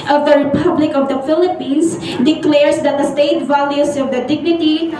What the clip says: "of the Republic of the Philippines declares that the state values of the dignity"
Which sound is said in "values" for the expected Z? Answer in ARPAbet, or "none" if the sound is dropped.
S